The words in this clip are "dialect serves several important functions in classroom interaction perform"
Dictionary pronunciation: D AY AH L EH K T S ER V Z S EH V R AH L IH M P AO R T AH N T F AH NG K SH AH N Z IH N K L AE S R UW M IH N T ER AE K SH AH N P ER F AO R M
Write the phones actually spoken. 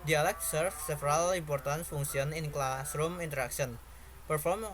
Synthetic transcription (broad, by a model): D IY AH L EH K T S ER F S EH F R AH L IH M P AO R T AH N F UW NG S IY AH N IH N K L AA S R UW M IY N T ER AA K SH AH N P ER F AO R M